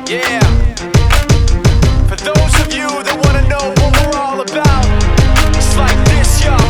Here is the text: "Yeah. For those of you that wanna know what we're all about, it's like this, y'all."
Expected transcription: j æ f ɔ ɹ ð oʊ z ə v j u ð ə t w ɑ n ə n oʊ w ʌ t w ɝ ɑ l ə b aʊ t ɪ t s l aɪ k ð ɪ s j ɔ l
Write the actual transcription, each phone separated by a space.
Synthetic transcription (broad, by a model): j æ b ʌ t ð oʊ z ə v j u ð ə t w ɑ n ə n oʊ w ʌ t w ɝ ɑ l ə b aʊ t ɪ t s l aɪ k ð ɪ s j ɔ